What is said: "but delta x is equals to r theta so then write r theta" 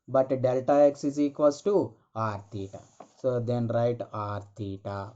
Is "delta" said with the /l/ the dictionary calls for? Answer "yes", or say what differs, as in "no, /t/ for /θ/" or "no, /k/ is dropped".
yes